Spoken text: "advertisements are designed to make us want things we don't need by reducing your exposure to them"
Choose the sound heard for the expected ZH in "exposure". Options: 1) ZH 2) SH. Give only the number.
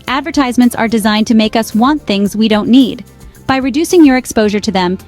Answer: 1